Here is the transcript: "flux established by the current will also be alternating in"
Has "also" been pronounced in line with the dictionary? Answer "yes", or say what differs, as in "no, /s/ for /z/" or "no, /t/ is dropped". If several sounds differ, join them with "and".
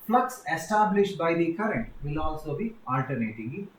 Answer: yes